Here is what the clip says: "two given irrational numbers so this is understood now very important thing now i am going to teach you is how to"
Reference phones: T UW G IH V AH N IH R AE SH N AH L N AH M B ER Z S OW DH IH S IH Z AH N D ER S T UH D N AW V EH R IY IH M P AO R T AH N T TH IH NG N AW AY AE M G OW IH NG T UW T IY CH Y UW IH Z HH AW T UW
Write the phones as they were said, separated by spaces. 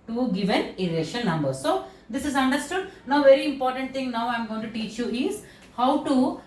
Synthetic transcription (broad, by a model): T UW G IH V AH N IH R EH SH AH N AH M B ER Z S OW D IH S IH Z AH N D ER S T UH D N AW V EH R IY IH M P AO R T AH N T T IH NG N AW AY M G OW IH NG T UW T IY CH Y UW IH Z HH AW T UW